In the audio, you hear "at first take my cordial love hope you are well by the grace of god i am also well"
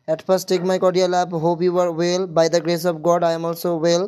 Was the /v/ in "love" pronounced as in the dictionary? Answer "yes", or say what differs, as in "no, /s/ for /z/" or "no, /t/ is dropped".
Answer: no, /b/ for /v/